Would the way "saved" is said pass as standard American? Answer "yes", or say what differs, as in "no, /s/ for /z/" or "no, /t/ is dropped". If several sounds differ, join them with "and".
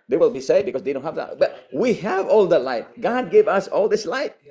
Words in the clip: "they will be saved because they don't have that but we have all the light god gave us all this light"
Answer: no, /v/ is dropped